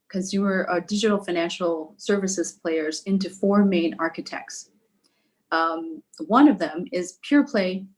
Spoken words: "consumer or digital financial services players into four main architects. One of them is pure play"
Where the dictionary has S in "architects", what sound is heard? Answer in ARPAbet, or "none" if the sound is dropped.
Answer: S